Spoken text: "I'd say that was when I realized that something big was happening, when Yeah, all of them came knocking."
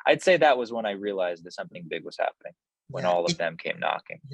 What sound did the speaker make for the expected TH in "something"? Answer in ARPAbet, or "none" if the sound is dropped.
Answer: TH